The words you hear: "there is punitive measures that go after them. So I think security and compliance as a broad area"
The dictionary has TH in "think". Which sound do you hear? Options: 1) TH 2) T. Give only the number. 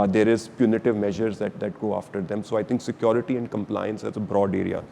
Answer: 2